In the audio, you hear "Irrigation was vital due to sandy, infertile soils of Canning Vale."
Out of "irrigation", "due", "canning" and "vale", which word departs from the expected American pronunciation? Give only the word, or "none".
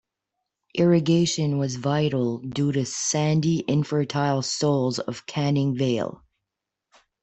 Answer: none